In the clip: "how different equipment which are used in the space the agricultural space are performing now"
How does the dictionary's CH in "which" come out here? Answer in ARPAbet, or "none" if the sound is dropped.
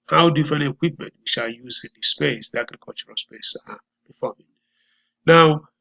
SH